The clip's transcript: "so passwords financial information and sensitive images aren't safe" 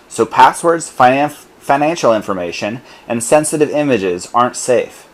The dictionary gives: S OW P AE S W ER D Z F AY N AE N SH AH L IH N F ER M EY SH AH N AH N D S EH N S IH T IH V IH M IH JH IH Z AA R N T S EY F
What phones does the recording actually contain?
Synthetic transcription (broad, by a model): S OW P AE S W ER D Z F AY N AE N SH L IH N F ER M EY SH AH N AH N S EH N S IH T IH V IH M IH JH IH Z AA R N T S EY F